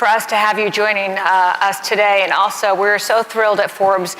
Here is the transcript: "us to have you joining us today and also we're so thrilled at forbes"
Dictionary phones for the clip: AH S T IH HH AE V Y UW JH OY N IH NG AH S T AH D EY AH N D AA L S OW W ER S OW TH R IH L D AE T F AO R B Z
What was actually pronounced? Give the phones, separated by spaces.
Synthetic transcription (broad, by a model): AH S T IH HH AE V Y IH JH OY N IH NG AH S T AH D EY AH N AA L S OW W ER S OW TH R IH L D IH T F AO R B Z